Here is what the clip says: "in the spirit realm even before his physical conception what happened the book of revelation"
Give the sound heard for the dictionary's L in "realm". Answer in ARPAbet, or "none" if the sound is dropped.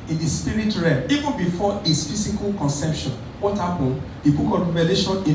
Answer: none